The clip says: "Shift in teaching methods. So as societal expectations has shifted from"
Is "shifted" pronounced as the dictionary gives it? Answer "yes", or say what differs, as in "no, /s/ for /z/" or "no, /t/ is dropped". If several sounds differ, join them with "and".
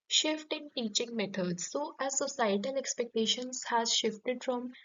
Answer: yes